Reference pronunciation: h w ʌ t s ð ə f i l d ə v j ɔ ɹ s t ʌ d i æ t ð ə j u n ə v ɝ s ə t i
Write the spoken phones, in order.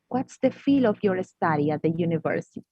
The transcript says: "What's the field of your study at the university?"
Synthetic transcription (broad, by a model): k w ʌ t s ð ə f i l ə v j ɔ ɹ s t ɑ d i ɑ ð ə j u n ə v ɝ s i